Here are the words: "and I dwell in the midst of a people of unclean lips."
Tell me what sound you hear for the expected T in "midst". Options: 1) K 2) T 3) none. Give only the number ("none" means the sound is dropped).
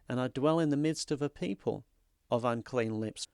2